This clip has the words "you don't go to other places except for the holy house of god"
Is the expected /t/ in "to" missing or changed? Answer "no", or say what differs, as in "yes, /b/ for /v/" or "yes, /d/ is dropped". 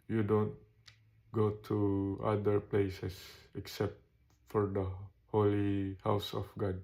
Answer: no